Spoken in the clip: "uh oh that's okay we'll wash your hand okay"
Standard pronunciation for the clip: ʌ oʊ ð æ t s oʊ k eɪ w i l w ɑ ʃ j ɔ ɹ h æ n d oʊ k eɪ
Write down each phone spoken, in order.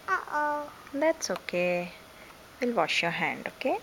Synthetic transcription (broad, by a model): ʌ oʊ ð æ t s oʊ k eɪ w i l w ɑ ʃ j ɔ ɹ h æ n d oʊ k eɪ